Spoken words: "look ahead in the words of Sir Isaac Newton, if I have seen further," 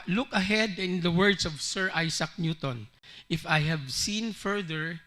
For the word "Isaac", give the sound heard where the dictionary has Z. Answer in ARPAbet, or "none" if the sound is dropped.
S